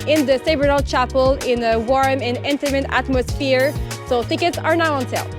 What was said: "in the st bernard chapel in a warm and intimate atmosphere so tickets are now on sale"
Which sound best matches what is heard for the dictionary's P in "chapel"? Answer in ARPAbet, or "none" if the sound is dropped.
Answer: P